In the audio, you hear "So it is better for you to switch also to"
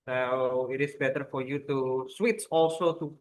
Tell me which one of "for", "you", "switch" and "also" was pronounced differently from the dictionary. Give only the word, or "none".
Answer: switch